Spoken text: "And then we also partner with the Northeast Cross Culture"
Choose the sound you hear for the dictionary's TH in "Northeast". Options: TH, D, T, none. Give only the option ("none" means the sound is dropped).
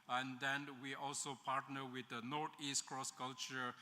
T